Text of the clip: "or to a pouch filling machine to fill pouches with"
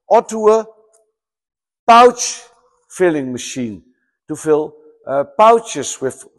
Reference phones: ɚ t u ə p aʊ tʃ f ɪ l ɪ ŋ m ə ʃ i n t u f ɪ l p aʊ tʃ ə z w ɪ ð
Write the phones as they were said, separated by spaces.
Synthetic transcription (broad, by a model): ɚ t u ə p aʊ tʃ f ɪ l ɪ ŋ m ə ʃ i n t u f ɪ l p aʊ tʃ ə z w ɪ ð